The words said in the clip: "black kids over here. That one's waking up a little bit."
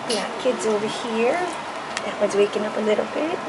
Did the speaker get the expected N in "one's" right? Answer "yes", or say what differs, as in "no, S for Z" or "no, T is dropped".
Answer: no, N is dropped